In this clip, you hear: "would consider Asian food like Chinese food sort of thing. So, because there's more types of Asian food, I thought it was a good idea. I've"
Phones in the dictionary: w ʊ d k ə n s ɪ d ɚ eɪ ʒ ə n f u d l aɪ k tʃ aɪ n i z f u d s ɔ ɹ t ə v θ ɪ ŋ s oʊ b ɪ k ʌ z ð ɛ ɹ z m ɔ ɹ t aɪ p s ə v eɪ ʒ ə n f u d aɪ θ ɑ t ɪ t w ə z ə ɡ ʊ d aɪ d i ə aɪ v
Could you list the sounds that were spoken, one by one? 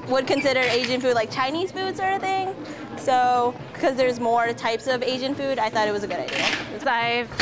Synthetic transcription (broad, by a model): w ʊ d k ə n s ɪ d ɚ eɪ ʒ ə n f u d l aɪ k tʃ aɪ n i z f u d s ɔ ɹ t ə θ ɪ ŋ s oʊ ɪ k ʌ z ð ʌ ɹ z m ɔ ɹ t aɪ p s ə v eɪ ʒ ə n f u d aɪ θ ɑ t ɪ t w ə z ə ɡ ʊ d aɪ d i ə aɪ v